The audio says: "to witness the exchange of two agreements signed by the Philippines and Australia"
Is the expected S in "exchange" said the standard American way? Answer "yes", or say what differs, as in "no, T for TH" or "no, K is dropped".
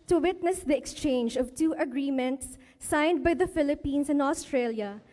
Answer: yes